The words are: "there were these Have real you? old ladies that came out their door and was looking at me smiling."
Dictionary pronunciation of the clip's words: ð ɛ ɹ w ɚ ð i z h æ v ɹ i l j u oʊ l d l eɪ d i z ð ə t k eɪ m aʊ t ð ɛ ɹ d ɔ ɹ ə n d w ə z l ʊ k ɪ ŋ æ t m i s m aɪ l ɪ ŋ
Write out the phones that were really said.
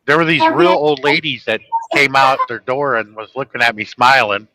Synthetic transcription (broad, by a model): ð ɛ ɹ w ɚ ð i z ɹ i l oʊ l d l eɪ d i z ð ə t k eɪ m aʊ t ð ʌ ɹ d ɔ ɹ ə n w ə z l ʊ k ɪ ŋ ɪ t m i s m aɪ l ɪ ŋ